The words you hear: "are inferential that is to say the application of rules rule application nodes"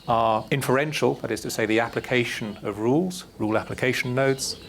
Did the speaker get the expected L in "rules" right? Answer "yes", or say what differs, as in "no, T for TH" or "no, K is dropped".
yes